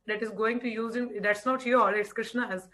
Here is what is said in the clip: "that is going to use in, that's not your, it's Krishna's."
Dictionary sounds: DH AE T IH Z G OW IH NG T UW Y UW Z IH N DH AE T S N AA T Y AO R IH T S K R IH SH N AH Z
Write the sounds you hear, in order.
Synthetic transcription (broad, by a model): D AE T IH Z G OW IH NG T UW Y UW Z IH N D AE T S N AA T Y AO L IH T S K R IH SH N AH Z